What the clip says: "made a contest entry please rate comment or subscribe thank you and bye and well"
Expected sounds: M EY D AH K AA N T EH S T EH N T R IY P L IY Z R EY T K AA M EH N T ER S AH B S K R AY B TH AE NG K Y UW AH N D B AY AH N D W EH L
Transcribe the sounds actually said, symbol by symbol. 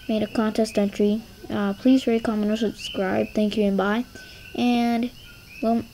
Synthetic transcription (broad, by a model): M EY D AH K AA N T EH S T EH N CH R IY P L IY Z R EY K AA M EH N ER S AH B S K R AY B TH AE NG K Y UW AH N B AY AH N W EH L